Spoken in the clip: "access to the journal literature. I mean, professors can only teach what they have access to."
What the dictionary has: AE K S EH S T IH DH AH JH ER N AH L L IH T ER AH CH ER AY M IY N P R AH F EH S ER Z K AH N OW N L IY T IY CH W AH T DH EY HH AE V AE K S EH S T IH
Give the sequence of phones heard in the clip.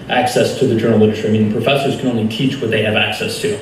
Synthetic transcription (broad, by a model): AE K S EH S T IH DH AH JH ER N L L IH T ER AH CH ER AY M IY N P R AH F EH S ER Z K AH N OW N L IY T IY CH W AH T DH EY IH V AE K S EH S T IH